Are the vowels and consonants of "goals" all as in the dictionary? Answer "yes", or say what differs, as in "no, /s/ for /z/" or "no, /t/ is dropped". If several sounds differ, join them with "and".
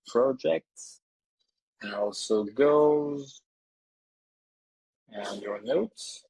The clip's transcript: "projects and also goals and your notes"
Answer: no, /l/ is dropped